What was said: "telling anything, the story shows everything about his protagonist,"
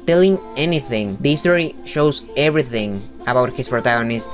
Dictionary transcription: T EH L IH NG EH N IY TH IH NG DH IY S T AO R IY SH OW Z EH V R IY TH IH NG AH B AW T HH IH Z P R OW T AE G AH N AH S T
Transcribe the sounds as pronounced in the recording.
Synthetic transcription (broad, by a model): T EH L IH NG EH N IY TH IH NG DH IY S T AO R IY SH OW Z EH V R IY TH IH NG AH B AW T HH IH S P R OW T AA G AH N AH S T